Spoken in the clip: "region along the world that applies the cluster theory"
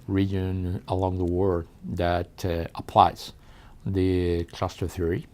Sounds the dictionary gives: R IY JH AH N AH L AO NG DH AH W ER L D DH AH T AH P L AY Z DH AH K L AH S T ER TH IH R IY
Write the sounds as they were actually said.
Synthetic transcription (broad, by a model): R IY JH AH N AH L AO NG DH AH W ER D DH AH T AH P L AY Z DH AH K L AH S T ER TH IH R IY